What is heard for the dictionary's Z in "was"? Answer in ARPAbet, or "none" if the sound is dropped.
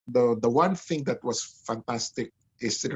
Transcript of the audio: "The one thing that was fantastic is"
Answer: S